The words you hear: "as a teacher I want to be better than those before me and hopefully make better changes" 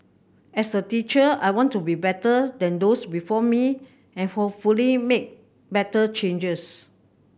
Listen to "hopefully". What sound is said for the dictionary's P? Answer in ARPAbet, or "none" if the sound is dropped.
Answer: none